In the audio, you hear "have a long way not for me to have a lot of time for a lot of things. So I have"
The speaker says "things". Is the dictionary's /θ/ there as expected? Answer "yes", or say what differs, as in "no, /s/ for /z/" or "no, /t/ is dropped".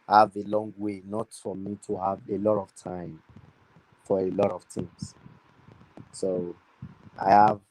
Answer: no, /t/ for /θ/